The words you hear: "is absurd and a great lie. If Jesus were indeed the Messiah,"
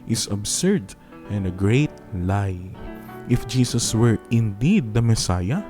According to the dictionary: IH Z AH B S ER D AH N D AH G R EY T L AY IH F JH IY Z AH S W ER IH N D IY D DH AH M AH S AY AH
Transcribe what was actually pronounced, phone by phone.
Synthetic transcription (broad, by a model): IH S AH B S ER D AH N D AH G R EY T L AY IH F JH IY S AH S W ER IH N D IY D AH M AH S AY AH